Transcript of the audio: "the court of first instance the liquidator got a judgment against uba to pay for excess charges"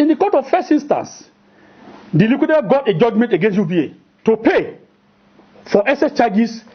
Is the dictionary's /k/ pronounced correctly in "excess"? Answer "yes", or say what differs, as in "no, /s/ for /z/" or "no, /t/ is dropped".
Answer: no, /k/ is dropped